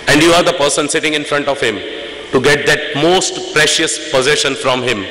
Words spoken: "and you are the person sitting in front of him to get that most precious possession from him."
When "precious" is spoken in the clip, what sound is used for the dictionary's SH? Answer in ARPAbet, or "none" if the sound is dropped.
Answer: SH